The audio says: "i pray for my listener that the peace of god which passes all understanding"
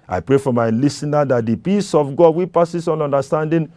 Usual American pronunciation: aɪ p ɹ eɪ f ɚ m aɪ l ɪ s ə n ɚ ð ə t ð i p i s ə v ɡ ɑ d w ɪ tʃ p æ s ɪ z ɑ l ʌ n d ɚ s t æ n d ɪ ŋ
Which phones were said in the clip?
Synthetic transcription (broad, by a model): aɪ p ɹ eɪ f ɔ m aɪ l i s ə n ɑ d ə t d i p i s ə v ɡ ɑ d w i p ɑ s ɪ s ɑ n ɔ n d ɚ s t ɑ n d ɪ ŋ